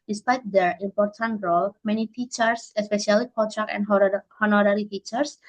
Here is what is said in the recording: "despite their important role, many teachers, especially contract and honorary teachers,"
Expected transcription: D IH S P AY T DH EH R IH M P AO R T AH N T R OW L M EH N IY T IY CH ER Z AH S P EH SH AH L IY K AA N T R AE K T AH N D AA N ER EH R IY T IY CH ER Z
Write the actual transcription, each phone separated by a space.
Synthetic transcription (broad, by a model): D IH S P AY T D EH R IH M P AO R T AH N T R OW L M EH N IY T IY CH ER S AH S P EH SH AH L IY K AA T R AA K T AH N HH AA N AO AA R IY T IY CH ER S